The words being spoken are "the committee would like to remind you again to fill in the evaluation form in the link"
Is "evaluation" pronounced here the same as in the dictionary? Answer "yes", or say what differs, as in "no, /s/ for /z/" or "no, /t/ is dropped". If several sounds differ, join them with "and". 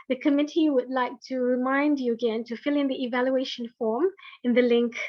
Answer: yes